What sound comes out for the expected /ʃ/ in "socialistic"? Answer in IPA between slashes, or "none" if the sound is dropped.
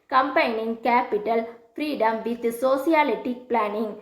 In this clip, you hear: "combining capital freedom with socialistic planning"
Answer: /s/